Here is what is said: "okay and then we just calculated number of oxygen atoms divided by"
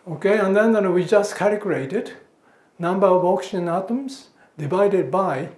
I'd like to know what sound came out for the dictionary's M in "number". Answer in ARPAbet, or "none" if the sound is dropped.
M